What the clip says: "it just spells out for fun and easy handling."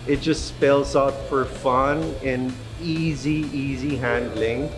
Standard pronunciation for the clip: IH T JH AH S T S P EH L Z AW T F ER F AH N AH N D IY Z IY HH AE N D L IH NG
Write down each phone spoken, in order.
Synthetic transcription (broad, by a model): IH T JH AH S T S P EH L Z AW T F ER F AH N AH N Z IY Z IY HH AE N D L IH NG